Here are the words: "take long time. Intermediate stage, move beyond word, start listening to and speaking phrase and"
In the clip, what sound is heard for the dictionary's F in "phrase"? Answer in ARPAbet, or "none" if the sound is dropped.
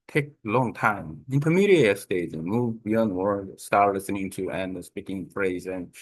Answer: F